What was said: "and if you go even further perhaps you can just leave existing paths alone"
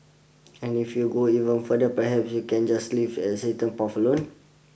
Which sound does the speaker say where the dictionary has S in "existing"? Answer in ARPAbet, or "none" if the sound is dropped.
none